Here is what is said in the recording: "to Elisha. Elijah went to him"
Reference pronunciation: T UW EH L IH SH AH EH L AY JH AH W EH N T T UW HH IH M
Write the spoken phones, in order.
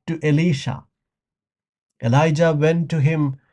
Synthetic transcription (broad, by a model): T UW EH L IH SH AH EH L AY JH AH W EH N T T UW HH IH M